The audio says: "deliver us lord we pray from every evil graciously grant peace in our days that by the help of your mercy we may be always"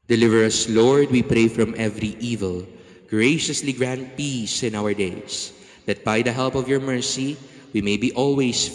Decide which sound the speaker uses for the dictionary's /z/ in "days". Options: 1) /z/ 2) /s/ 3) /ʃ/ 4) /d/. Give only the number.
2